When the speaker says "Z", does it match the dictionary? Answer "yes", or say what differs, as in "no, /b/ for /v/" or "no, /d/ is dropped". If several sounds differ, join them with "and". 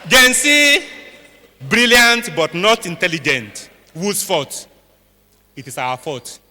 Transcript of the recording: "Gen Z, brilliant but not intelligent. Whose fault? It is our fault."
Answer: no, /s/ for /z/